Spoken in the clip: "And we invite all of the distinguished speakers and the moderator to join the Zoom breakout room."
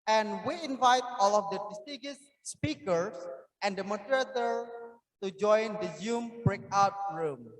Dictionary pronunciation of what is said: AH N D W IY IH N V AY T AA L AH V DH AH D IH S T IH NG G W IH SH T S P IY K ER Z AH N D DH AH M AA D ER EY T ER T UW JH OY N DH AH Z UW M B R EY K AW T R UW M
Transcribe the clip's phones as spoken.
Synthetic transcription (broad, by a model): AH N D W IY IH N V AY T AA L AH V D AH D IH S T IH G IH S P IY K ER S AH N D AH M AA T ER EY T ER T UW JH OY N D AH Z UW M B R EY K AW T R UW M